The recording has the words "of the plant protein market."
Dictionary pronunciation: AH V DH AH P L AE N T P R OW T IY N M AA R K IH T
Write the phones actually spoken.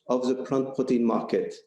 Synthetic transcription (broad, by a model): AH V DH AH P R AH N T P UH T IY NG M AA R K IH T